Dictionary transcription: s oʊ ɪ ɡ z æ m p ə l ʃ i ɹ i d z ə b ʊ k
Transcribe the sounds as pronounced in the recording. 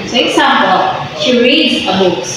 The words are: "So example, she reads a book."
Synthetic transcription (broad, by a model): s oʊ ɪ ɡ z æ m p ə l ʃ i ɹ i d z ə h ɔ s